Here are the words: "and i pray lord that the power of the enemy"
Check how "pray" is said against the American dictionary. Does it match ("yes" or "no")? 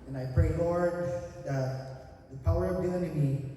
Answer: yes